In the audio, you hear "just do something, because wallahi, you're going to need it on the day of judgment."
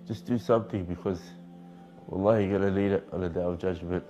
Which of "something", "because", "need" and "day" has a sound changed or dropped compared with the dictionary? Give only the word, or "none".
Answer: need